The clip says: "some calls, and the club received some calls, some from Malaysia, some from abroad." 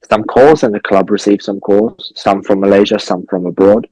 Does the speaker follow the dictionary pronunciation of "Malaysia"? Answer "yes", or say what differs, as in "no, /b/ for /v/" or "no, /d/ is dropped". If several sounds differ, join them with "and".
yes